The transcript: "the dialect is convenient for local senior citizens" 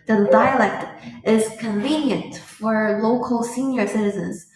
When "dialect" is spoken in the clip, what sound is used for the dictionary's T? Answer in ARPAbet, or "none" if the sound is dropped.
T